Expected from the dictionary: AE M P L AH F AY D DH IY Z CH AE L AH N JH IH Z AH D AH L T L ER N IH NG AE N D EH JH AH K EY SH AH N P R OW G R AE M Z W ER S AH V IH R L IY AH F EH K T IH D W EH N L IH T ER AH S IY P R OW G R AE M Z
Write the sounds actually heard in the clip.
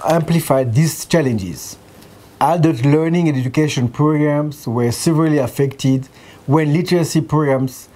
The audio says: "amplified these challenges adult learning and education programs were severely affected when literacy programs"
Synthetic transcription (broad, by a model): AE M P L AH F AY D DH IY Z CH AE L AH N JH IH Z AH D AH T L ER N IH NG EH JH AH K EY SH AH N P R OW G R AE M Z W ER S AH V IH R L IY AH F EH K T IH D W EH N L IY T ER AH S IY P R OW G R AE M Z